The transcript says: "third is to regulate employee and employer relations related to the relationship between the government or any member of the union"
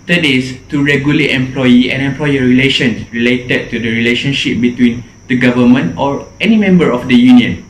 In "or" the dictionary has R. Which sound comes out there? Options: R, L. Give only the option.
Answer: R